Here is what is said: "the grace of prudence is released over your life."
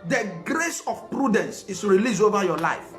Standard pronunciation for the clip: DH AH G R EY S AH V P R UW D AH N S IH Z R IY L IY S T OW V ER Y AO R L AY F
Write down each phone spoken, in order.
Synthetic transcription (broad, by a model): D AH G R EY S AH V P R UW D AH N S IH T R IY L IY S OW V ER Y AO L AY F